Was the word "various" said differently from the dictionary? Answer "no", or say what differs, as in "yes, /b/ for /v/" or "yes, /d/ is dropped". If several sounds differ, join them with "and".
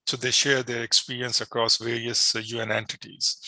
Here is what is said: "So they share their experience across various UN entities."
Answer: no